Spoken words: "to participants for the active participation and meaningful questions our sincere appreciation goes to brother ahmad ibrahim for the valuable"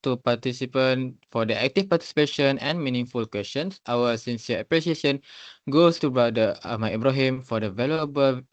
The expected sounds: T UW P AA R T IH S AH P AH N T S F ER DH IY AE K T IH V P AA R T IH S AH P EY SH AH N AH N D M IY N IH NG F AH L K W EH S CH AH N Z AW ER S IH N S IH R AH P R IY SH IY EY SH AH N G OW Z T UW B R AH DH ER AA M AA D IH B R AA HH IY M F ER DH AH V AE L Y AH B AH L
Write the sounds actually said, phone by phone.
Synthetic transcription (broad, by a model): T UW P AA T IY S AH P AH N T F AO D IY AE K T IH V P AA T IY S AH P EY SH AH N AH N M IY N IH NG F AH L K W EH S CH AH N S AW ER S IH N S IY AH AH P R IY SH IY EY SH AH N G OW S T UW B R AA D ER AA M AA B R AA HH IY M F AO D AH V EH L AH B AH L